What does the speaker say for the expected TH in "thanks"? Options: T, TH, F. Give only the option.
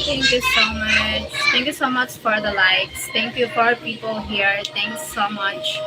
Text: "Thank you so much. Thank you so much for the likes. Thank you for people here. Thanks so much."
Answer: T